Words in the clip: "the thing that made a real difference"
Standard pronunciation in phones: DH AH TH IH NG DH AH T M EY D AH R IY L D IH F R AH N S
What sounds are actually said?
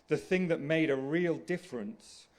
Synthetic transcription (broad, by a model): DH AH TH IH NG DH AH T M EY D AH R IY L D IH F R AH N S